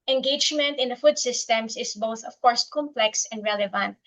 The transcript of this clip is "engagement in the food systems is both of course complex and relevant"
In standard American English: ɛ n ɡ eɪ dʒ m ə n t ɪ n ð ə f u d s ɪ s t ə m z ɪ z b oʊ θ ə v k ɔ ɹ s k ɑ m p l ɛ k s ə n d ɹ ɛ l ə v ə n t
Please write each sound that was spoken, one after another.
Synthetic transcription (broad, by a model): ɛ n ɡ eɪ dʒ m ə n t ɪ n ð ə f u d s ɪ s t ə m s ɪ s b oʊ θ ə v k ɔ ɹ s k ɑ m p l ɛ k s ə n d ɹ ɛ l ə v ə n t